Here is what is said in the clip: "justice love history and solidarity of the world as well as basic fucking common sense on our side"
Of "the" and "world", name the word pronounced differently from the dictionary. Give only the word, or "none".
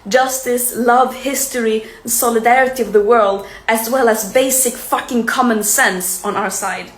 none